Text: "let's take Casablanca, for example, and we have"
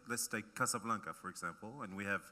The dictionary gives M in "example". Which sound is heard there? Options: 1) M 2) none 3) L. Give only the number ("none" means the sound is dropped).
1